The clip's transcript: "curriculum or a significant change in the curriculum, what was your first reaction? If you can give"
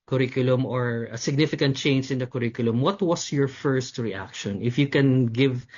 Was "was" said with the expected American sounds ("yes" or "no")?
no